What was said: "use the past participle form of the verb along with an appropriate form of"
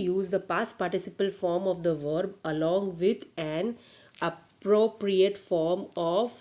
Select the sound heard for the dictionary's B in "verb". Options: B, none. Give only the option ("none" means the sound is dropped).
B